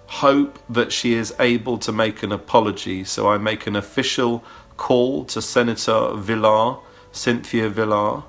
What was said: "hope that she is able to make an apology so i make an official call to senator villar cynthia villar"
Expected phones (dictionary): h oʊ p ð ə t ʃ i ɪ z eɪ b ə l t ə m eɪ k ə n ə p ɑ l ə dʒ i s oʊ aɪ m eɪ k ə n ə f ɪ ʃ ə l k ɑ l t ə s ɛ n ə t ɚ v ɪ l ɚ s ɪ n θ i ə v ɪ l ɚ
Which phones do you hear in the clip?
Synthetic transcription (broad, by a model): h oʊ p ð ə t ʃ i ɪ z eɪ b ə l t ə m eɪ k ə n ə p ɑ l ə dʒ i s oʊ aɪ m eɪ k ə n ə f ɪ ʃ ə l k ɑ l t ə s ɛ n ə t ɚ v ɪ l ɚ s ɪ n θ i ə v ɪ l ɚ